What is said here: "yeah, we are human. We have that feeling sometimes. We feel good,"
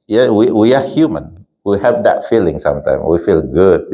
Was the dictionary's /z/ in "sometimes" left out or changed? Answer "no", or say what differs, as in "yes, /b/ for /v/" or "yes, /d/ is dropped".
yes, /z/ is dropped